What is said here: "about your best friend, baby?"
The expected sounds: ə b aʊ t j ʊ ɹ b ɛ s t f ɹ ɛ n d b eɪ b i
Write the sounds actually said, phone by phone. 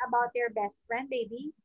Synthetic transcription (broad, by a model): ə b aʊ t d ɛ ɹ b ɛ s t f ɹ ɛ n d b eɪ b i